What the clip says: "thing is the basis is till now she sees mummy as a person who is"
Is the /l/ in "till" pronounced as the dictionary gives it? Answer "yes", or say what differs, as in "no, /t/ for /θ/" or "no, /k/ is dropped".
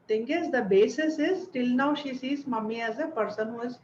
yes